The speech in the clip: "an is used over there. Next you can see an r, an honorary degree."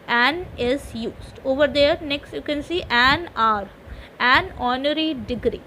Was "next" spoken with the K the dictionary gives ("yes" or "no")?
yes